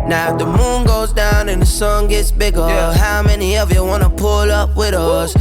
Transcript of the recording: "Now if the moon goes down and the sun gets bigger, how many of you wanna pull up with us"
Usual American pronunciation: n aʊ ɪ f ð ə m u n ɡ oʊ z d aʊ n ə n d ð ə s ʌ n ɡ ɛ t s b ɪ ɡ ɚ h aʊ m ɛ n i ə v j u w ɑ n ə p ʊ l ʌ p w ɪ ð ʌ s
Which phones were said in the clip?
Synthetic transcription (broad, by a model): n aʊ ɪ ð ə m u n ɡ oʊ z d aʊ n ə n ð ə s ʌ n ɡ ɛ t s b ɪ ɡ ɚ h aʊ m ɛ n i ə v j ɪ w ɑ n ə p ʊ l ʌ p w ɪ ð ʌ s